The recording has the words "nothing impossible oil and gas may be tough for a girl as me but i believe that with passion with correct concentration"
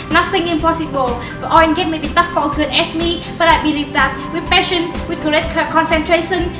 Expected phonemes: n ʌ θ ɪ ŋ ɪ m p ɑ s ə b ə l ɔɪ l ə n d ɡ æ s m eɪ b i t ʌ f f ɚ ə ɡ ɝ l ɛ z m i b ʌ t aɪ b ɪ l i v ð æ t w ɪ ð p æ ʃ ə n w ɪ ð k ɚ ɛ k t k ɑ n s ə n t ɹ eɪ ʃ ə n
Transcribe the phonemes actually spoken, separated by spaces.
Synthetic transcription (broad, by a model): n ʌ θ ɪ ŋ ɪ m p ɑ s ə b ə l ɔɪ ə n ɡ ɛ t m eɪ b i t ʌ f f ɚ ə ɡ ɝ n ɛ s m i b ʌ t aɪ b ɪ l i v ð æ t w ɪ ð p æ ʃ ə n w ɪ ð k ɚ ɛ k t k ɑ n s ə n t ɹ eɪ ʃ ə n